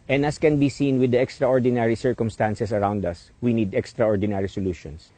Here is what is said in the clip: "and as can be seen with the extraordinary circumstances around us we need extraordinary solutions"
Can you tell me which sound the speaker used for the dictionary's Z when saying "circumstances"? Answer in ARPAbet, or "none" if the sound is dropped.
S